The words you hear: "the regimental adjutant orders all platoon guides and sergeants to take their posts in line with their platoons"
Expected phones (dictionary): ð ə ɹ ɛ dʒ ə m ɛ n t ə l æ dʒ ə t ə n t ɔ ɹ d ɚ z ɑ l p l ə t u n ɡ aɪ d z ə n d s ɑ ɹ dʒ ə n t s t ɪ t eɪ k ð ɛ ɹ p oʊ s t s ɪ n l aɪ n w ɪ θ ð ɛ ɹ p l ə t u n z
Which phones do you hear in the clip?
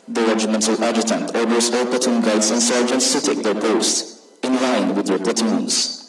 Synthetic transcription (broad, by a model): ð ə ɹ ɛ dʒ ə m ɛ n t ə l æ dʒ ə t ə n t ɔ ɹ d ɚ s ɑ l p ə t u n ɡ aɪ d s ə n s ɑ ɹ dʒ ə n t s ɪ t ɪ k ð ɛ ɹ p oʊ s t ɪ n l aɪ n w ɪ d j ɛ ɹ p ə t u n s